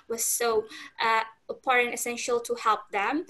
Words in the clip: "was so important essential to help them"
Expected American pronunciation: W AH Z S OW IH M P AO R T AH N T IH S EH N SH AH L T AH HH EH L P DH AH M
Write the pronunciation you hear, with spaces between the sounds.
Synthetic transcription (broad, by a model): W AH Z S OW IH P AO R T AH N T IH S EH N SH AH L T AH HH EH L P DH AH M